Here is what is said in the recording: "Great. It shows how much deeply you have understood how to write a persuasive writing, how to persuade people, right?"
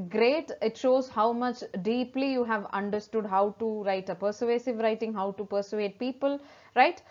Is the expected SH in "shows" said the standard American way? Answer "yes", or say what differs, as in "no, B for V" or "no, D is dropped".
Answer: yes